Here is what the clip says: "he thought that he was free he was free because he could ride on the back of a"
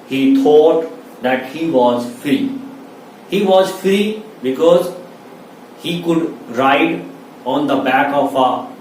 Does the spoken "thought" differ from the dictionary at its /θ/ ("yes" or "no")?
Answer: yes